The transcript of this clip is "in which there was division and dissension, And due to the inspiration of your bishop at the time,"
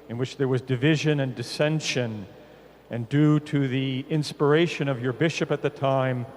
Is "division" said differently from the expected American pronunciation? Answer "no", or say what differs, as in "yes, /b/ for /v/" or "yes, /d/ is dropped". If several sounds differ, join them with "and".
no